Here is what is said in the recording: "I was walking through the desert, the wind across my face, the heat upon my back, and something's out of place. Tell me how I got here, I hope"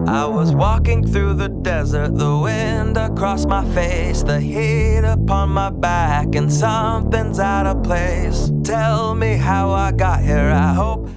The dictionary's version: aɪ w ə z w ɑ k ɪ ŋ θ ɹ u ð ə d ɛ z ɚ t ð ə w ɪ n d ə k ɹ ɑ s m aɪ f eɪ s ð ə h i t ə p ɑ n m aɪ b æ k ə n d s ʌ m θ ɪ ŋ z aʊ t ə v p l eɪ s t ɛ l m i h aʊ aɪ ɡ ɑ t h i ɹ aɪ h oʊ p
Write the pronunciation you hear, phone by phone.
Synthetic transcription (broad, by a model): aɪ w ə z w ɑ k ɪ ŋ θ ɹ u ð ə d ɛ z ɚ t ð ə w ɪ n d ə k ɹ ɑ s m aɪ f eɪ s ð ə h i t ə p ɑ n m aɪ b æ k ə n s ʌ m θ ɪ ŋ z aʊ t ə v p l eɪ s t ɛ l m i h aʊ aɪ ɡ ɑ t h i ɹ aɪ h oʊ p